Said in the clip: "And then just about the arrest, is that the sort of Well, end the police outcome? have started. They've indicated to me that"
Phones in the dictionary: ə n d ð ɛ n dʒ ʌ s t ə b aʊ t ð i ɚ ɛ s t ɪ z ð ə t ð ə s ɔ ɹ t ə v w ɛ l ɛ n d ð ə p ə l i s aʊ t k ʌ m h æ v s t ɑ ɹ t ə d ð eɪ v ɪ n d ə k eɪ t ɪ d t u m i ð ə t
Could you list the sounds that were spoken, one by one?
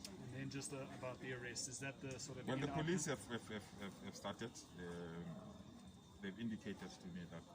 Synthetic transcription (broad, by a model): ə n ð ɛ n dʒ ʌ s t ə b aʊ t ð i ɚ ɛ s t ɪ z ð ə t ð ə s ɔ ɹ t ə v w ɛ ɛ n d ð ə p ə l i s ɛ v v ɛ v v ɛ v s t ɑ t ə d ð eɪ v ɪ n d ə k eɪ t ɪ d t u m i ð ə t